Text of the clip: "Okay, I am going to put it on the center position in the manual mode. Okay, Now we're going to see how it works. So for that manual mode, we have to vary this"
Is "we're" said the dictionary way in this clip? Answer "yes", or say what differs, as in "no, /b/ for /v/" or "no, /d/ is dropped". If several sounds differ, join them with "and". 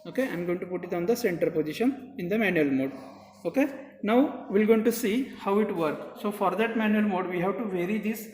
no, /l/ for /ɹ/